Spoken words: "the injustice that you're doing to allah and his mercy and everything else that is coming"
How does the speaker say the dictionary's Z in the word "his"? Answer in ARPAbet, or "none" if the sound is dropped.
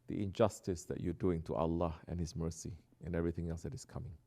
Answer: S